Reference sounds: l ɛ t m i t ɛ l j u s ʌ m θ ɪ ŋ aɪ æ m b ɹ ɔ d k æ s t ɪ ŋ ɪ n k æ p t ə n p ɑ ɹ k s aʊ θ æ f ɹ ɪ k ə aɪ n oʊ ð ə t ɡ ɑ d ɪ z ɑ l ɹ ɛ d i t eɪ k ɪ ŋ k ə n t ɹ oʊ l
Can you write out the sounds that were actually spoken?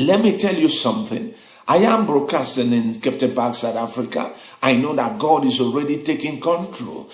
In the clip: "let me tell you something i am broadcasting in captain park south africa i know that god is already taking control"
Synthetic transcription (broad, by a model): l ɛ t m i t ɛ l j u s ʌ m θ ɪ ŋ aɪ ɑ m b ɹ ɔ k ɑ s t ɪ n ɪ n k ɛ p t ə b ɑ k s aʊ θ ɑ f ɹ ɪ k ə aɪ n oʊ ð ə t ɡ ɑ d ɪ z ɑ l ɹ ɛ d i t eɪ k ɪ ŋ k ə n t ɹ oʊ l